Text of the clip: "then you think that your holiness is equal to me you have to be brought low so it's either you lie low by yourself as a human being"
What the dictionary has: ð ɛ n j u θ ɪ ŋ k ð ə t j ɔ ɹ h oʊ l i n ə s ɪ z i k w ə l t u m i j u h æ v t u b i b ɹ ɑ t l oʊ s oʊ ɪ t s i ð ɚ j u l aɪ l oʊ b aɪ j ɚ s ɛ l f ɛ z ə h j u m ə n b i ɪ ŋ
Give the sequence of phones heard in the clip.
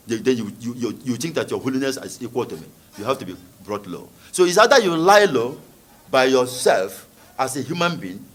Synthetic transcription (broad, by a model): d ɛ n j u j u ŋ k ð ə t j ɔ h oʊ l i n ə s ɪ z i k w ə l t u m i j u h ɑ f t u b i b ɹ ɑ t l oʊ s oʊ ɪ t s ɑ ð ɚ j u l aɪ l oʊ b aɪ j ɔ s ɛ l f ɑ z ə h j u m ə n b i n